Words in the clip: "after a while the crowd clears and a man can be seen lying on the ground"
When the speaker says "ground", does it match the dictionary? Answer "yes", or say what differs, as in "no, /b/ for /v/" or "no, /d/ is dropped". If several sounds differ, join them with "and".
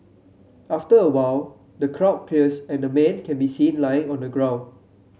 no, /d/ is dropped